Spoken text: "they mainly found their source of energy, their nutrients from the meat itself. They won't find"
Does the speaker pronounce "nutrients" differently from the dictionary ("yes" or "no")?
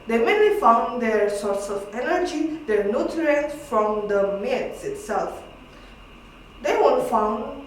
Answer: yes